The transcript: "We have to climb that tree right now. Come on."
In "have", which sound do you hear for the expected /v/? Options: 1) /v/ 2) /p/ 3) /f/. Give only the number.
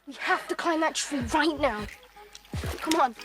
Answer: 3